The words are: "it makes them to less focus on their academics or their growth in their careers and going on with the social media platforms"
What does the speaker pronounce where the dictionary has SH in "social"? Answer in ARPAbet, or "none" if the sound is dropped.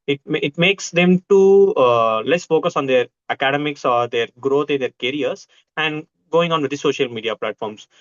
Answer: SH